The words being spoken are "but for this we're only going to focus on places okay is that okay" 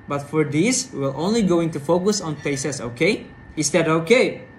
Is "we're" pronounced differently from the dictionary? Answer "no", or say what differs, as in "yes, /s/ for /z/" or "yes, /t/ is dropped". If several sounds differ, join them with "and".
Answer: yes, /l/ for /ɹ/